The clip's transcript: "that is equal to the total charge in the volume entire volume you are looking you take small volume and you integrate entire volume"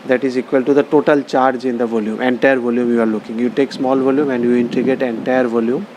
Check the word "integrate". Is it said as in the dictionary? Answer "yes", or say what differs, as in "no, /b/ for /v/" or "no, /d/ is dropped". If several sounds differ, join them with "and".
no, /ɹ/ is dropped